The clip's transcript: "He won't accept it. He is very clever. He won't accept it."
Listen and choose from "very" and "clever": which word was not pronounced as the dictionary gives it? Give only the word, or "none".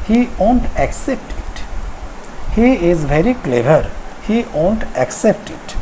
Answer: none